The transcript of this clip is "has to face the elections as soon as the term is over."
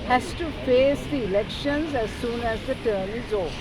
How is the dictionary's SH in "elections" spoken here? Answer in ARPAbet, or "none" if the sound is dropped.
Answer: SH